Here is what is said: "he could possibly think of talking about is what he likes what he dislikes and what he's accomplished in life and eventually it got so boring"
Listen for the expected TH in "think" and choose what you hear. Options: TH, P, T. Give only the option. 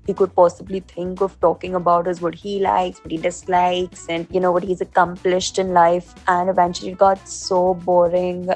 T